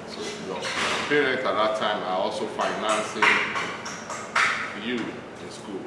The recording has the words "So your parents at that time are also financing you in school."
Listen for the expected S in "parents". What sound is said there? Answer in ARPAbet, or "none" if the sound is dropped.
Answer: none